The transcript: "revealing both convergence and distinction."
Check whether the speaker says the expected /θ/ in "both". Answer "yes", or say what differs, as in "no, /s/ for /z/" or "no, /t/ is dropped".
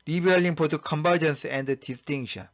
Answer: no, /t/ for /θ/